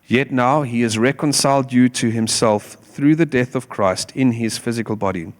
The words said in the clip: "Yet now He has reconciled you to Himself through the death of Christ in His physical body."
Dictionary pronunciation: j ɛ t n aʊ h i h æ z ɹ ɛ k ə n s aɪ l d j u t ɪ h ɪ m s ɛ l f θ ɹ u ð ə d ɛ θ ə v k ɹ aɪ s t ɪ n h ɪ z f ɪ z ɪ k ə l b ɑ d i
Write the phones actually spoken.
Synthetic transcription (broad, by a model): j ɛ t n aʊ h i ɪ z ɹ ɛ k ə n s aɪ l d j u t ɪ h ɪ m s ɛ l f θ ɹ u ð ə d ɛ θ ə v k ɹ aɪ s t ɪ n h ɪ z f ɪ z ɪ k ə l b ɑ d i